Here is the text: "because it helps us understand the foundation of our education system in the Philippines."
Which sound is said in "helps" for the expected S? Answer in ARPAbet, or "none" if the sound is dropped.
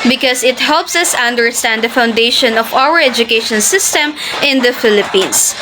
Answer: S